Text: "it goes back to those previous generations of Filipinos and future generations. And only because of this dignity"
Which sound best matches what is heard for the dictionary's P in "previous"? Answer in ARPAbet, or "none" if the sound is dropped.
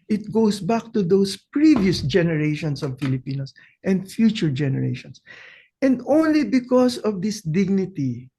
P